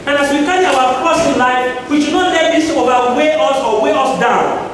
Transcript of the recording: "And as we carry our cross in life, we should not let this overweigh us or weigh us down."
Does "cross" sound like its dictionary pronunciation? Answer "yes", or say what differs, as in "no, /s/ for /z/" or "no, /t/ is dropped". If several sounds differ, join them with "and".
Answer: no, /ɹ/ is dropped